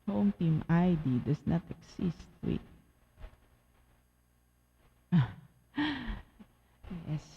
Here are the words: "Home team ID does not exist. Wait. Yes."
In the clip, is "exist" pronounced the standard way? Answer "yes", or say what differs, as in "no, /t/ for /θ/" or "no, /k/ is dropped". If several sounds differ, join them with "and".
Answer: no, /s/ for /z/